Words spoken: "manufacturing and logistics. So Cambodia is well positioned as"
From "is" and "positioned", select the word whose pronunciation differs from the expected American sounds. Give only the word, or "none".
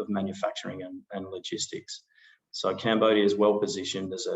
none